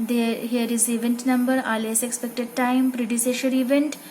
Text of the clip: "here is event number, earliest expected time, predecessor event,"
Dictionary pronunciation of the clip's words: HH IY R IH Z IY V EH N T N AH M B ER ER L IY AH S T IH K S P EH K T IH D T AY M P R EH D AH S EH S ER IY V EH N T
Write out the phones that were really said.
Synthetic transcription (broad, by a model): HH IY R IH Z IY V EH N T N AH M B ER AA L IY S IH K S P EH K T IH D T AY M P R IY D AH S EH SH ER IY V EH N T